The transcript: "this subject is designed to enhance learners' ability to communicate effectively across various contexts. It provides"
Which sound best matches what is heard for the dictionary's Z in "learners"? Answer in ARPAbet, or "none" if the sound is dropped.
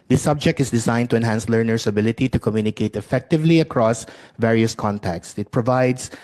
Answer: S